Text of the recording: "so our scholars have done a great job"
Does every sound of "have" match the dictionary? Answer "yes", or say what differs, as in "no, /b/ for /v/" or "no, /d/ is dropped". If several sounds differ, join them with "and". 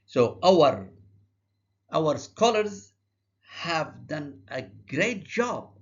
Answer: yes